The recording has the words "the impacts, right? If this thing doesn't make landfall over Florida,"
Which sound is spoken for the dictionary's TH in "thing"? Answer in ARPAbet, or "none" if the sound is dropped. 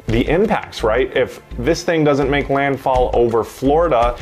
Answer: TH